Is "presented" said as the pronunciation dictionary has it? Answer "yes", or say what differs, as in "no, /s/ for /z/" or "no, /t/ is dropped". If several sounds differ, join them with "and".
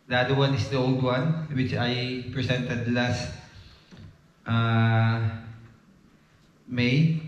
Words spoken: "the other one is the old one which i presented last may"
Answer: no, /s/ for /z/